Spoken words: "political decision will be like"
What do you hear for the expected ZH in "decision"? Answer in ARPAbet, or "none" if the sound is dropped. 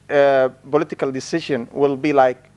SH